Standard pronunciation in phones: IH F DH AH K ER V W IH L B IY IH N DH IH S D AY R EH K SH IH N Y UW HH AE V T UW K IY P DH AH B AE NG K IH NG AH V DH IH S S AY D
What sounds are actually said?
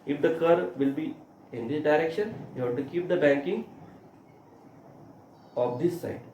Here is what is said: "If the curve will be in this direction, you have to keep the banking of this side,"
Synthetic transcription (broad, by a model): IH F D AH K ER V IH L B IY IH N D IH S D AY R EH K SH IH N Y UW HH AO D T UW K IY P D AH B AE NG K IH NG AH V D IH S S AY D